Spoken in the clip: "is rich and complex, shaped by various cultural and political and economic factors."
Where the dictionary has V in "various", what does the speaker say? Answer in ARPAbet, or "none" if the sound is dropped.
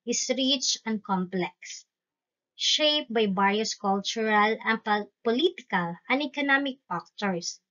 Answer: B